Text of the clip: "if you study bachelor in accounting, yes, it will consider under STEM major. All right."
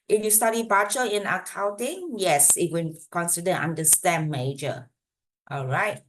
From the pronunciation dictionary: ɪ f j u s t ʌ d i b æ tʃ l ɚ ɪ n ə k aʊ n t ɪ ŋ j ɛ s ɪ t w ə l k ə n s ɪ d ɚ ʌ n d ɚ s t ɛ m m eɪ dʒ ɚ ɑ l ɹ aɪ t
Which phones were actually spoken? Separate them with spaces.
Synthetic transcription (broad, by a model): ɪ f j u s t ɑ d i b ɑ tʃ ɚ ɪ n ə k aʊ n t ɪ ŋ j ɛ s ɪ t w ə n k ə n s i d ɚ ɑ n d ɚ s t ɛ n m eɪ dʒ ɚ ɑ l ɹ aɪ t